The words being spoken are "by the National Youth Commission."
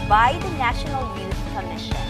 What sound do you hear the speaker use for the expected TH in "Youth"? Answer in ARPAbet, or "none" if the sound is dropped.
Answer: S